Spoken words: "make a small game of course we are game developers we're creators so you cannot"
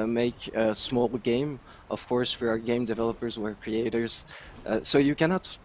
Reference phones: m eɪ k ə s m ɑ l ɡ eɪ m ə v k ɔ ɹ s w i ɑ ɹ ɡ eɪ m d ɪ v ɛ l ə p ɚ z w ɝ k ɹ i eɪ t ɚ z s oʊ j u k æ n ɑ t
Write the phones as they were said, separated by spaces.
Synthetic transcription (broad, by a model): m eɪ k ə s m ɑ l ɡ eɪ m ə v k ɔ ɹ s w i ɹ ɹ ɡ eɪ m d ɪ v ɛ l ə p ɚ z w ɝ k ɹ i eɪ t ɚ z s oʊ j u k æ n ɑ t